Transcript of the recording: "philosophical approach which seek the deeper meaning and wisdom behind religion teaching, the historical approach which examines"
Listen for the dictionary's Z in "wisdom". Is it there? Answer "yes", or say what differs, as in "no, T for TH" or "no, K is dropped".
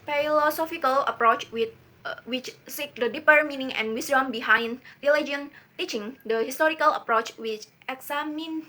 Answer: no, S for Z